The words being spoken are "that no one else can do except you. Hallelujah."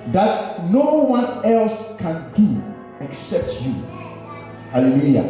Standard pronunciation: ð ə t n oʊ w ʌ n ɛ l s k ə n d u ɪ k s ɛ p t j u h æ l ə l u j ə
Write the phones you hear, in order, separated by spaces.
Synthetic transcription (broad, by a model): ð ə t n oʊ w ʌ n ɛ l s k ə n d u ɪ k s ɛ p t j u h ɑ l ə l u j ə